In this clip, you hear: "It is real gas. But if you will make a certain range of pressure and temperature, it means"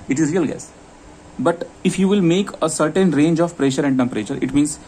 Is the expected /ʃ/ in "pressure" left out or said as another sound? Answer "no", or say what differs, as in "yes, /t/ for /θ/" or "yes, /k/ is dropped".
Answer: no